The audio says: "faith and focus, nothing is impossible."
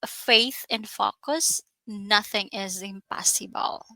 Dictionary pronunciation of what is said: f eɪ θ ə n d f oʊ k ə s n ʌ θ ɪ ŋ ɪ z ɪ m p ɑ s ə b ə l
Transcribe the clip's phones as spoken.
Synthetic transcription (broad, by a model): f eɪ θ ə n f oʊ k ə s n ʌ θ ɪ ŋ ɪ z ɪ m p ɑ s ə b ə l